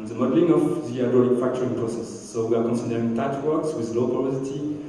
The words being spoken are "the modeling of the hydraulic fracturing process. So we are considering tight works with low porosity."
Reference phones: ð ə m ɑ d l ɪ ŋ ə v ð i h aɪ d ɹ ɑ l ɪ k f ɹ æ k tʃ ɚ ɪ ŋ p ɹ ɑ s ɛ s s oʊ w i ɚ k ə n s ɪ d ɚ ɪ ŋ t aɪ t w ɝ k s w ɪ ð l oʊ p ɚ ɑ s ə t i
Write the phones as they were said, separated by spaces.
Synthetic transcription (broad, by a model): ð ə m ɑ d l ɪ ŋ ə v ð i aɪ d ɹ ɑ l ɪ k f æ k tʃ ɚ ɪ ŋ p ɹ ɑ s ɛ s s oʊ w i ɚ k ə n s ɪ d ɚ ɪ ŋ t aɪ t w ɝ k s w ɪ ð l oʊ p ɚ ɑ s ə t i